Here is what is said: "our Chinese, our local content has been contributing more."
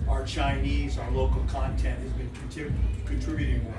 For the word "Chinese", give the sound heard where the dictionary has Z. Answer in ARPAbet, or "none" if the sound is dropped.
Z